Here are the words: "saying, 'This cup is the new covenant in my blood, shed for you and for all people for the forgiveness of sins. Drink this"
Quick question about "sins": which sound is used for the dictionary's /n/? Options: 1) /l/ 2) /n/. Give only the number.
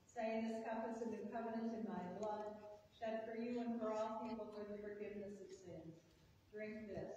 2